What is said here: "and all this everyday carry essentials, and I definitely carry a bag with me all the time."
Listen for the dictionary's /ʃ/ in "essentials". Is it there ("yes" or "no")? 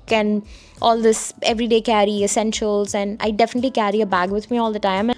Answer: yes